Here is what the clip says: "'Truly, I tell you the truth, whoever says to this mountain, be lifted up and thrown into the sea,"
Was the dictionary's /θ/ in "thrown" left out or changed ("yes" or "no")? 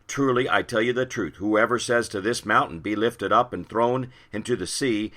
no